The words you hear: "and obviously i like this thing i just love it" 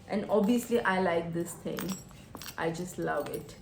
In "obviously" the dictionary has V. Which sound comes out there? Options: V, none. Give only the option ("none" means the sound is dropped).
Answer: none